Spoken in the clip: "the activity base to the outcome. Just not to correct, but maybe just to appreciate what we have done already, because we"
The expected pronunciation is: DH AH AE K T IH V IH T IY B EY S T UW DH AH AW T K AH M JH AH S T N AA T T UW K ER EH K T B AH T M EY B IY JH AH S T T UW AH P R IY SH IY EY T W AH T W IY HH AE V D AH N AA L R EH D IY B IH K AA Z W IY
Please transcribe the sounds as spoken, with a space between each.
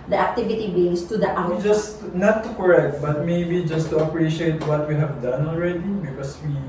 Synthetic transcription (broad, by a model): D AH AE K T IH V IH T IY B EY S T UW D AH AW T AA JH AH S T N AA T T UW K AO EH K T B AH T M EY B IY JH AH S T T UW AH P R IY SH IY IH T W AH T W IY HH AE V D AH N AA L R EH D IY B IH K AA S W IY